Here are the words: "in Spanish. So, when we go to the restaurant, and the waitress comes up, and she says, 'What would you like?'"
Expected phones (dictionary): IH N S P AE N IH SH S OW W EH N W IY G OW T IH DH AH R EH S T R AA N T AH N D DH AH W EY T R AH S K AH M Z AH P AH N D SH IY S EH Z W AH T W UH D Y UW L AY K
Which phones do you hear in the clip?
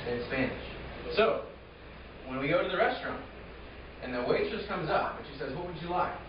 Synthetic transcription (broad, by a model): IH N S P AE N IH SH S OW W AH N W IY G OW T IH DH AH R EH S T R AA N T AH N DH AH W EY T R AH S K AH M Z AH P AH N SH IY S EH Z W AH T W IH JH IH L AY K